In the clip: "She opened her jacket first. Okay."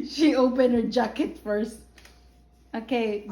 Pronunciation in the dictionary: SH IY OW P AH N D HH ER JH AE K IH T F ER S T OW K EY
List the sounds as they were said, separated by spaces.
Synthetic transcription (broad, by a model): SH IY OW P AH N D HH ER JH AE K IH T F ER S T OW K EY